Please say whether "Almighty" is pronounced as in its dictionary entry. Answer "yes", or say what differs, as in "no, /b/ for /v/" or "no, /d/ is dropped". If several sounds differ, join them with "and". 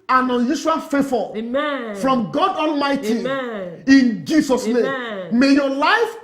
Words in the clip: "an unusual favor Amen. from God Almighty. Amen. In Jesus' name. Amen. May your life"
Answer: yes